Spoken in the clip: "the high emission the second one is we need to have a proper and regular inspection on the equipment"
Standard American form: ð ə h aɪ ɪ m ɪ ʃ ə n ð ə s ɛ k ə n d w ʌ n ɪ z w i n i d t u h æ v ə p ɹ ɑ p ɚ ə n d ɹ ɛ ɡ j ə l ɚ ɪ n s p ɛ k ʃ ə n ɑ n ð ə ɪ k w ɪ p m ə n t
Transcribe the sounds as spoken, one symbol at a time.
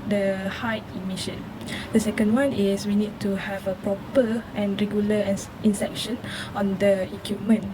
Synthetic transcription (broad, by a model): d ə h aɪ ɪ m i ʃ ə n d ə s ɛ k ə n d w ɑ n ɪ s w i n i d t u h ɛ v ə p ɹ ɑ p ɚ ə n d ɹ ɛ ɡ j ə l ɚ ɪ n s ɛ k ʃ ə n ɑ n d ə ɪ k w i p m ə n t